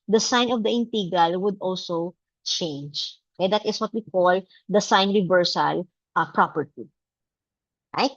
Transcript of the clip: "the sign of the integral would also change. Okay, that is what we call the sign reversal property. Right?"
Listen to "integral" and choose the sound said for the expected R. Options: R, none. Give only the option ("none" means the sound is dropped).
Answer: none